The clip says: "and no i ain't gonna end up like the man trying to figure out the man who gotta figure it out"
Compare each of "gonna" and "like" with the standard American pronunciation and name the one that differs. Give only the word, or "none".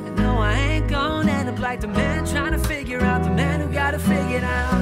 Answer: gonna